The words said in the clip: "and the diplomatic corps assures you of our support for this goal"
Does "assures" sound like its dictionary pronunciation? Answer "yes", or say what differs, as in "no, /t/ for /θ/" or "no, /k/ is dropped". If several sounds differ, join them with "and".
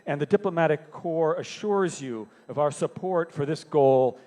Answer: yes